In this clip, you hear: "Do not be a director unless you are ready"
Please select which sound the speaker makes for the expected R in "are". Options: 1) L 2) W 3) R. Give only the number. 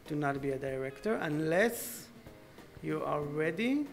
1